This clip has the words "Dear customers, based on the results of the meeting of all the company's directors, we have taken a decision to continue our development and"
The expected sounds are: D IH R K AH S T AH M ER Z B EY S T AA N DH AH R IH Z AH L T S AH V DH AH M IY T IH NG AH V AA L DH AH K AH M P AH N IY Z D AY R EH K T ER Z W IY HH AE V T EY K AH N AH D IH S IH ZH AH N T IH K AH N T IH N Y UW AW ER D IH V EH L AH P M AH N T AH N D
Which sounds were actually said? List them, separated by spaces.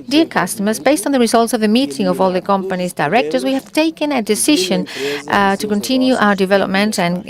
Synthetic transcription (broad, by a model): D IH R K AH S T AH M ER Z B EY S T N DH AH R IH Z AH L T S AH V DH AH M IY T IH NG AH V AA L DH AH K AH M P AH N IY Z D AY R EH K T ER Z W IY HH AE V T EY K AH N AH D IH S IH ZH AH N T IH K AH N T IH N Y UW AW ER D IH V EH L AH P M AH N T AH N